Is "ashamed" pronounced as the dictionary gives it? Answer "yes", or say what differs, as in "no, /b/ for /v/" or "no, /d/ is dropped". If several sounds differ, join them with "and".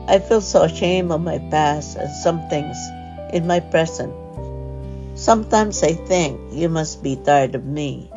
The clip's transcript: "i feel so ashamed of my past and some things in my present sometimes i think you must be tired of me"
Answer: no, /d/ is dropped